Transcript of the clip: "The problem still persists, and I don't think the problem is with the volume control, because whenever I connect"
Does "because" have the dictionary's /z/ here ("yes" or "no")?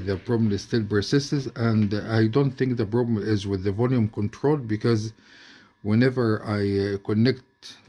yes